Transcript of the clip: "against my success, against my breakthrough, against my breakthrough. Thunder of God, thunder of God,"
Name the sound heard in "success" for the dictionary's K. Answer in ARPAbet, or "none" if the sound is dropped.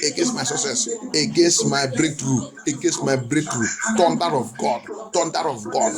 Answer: none